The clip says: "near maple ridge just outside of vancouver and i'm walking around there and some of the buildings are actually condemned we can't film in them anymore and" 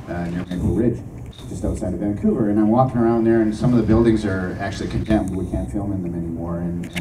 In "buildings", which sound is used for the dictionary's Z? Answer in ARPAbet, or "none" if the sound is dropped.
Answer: Z